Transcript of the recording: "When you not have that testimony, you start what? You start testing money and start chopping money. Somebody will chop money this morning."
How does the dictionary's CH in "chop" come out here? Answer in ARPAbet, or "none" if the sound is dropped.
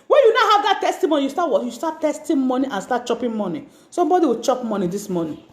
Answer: CH